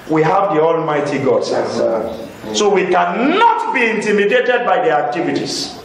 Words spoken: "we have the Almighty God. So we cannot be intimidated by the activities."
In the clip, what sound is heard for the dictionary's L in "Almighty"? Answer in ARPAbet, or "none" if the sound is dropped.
L